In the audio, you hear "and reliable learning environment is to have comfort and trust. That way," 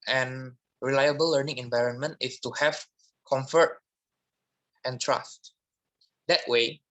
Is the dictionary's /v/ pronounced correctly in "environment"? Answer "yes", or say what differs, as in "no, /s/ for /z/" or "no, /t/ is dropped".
yes